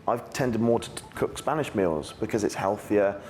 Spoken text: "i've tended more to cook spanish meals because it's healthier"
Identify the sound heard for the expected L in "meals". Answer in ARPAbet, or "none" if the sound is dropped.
L